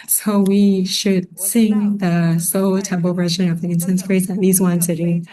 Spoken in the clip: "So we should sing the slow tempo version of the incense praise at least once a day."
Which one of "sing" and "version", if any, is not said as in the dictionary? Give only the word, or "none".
none